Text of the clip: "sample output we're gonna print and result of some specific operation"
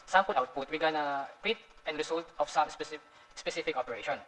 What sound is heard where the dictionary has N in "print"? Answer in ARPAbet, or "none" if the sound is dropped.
none